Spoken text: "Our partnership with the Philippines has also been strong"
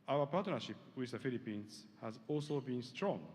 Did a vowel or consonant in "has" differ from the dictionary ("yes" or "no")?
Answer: no